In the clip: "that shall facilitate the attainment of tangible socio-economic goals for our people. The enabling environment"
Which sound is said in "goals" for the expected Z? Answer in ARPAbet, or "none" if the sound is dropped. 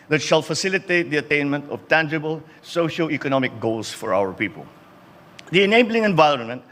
S